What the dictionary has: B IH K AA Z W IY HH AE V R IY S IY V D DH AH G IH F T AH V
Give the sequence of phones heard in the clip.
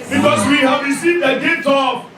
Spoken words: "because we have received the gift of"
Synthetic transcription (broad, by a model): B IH K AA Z W IY HH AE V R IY S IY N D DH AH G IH T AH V